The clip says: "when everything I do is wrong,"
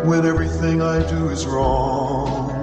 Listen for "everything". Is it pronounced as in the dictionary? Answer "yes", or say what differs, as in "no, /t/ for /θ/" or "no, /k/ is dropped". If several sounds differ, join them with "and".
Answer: yes